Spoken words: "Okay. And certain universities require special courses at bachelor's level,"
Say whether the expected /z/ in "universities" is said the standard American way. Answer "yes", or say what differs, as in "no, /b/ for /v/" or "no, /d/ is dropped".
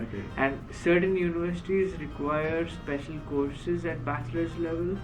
yes